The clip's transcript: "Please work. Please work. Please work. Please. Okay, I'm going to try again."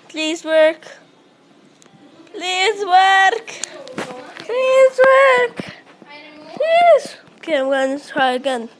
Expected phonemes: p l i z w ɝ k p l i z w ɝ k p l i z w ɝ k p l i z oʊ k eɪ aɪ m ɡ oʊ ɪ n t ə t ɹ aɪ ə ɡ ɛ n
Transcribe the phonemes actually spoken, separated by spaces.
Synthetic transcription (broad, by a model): p l i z w ɝ k p l i z w ɝ k p l i z w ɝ k p l i z oʊ k eɪ aɪ m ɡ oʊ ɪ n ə s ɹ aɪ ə ɡ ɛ n